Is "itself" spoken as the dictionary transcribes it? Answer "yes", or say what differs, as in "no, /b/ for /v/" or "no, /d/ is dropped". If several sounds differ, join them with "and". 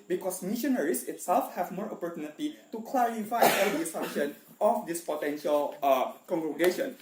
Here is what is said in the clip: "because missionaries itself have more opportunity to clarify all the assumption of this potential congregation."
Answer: yes